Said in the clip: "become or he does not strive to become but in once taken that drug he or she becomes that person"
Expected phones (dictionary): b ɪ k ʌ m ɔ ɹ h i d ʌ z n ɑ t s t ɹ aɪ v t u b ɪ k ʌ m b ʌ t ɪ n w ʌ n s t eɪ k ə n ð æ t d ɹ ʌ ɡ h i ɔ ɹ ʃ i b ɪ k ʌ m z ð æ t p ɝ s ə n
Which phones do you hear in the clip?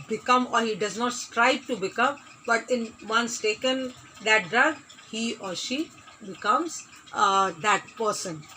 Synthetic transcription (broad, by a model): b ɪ k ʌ m ɔ ɹ h i d ʌ z n ɑ t s t ɹ aɪ b t u b ɪ k ʌ m b ʌ t ɪ n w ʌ n s t eɪ k ə n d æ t d ɹ ʌ ɡ h i ɔ ɹ ʃ i b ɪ k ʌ m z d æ t p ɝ s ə n